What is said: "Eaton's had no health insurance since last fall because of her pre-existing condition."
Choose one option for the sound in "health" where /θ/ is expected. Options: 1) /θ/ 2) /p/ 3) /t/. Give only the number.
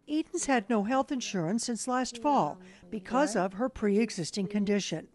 1